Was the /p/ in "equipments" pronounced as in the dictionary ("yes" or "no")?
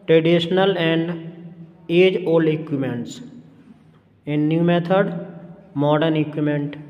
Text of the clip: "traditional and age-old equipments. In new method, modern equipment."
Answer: no